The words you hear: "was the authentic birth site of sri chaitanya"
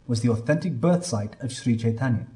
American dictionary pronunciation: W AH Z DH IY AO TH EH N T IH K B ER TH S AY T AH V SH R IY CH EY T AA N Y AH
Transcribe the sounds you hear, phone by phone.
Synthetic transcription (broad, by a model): W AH Z DH IY AO TH EH N T IH K B ER TH S AY T AH V SH R IY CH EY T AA N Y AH